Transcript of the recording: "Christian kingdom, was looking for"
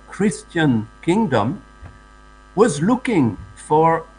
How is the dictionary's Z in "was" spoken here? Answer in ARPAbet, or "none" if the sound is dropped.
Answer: Z